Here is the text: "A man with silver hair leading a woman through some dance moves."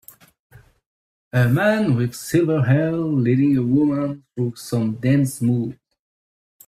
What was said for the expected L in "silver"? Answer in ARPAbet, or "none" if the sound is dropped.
L